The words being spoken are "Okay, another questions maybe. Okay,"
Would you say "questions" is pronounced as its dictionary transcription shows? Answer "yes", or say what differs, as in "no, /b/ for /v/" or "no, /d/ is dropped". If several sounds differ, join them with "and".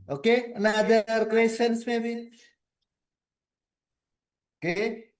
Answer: no, /tʃ/ is dropped and /s/ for /z/